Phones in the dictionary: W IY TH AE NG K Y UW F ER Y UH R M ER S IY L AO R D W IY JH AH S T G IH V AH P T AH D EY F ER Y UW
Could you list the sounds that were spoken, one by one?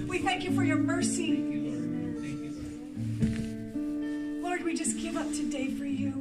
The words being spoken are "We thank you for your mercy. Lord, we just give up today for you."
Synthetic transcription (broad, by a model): W IY TH AE NG K Y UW F ER Y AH R M ER S IY L AO R D W IY JH AH S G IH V AH P T AH D EY F ER Y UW